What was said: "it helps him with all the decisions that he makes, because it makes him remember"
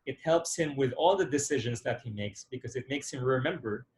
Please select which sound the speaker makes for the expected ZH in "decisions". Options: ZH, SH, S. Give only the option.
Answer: ZH